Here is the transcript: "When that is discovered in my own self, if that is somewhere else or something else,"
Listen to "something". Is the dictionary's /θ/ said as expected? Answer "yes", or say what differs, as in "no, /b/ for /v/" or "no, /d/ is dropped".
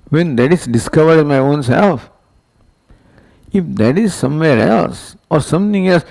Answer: no, /t/ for /θ/